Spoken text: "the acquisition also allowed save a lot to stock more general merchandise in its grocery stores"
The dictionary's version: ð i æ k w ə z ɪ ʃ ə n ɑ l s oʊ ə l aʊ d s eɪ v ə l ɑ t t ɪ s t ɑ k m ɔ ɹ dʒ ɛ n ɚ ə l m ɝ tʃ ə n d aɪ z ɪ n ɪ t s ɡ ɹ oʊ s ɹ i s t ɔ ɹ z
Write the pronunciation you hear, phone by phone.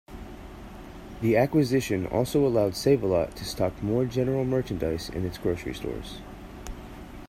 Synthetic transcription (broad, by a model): ð i æ k w ə z ɪ ʃ ə n ɑ l s oʊ ə l aʊ d s eɪ v ə l ɑ t t ɪ s t ɑ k m ɔ ɹ dʒ ɛ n ɚ l m ɝ tʃ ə n d aɪ s ɪ n ɪ t s ɡ ɹ oʊ s ɹ i s t ɔ ɹ z